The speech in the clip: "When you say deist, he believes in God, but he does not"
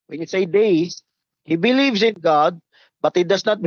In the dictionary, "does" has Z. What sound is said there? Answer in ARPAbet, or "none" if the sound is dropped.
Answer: S